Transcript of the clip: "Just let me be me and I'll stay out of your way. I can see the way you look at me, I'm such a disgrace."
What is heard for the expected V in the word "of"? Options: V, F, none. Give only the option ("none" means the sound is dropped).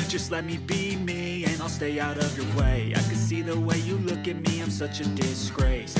V